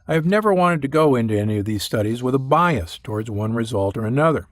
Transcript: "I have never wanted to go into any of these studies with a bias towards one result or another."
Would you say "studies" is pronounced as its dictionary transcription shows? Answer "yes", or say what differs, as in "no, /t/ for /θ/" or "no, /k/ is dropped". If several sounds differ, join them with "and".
yes